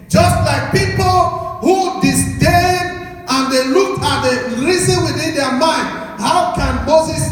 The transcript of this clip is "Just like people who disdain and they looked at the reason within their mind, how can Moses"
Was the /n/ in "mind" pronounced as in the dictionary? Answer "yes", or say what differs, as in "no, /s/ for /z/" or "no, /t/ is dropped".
yes